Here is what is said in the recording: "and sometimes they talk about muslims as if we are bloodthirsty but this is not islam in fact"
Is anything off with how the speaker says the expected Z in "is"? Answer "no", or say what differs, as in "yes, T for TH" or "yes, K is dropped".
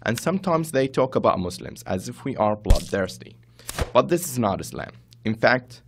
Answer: no